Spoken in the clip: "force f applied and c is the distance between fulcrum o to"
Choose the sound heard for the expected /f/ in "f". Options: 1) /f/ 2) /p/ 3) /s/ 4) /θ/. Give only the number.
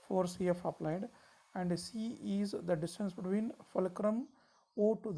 1